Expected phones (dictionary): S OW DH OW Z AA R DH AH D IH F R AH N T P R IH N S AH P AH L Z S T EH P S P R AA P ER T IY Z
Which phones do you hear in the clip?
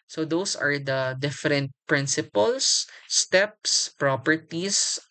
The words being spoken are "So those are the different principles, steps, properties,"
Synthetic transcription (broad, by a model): S OW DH OW S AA R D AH D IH F R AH N T P R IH N S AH P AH L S S T EH P S P R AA P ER T IY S